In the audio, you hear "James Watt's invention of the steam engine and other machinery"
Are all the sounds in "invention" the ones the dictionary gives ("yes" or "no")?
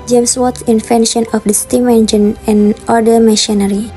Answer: no